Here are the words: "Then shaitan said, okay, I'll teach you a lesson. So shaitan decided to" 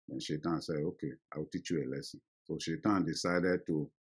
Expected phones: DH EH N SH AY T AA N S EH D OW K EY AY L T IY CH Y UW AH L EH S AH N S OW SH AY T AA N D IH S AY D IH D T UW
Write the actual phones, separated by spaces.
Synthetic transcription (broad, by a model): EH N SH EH T AA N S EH OW K EY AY W T IY CH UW AH L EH S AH S OW SH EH T AA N D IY S AY D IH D T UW